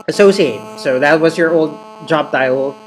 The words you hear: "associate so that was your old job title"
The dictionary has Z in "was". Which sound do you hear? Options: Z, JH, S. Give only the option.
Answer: Z